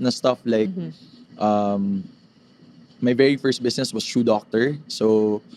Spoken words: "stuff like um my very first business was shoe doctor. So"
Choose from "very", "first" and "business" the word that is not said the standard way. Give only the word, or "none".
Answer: business